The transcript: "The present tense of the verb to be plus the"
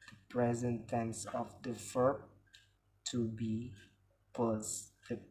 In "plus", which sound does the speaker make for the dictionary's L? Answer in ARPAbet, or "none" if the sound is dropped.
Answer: none